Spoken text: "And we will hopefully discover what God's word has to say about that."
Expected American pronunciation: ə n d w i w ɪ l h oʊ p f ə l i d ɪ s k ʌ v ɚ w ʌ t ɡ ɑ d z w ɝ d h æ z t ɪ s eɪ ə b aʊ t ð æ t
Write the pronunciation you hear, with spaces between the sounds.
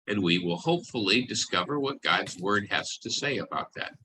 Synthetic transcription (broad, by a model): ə n w i w ɪ l h oʊ p f l i d ɪ s k ʌ v ɚ w ʌ t ɡ ɑ d z w ɝ d h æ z t ɪ s eɪ ə b aʊ t ð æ t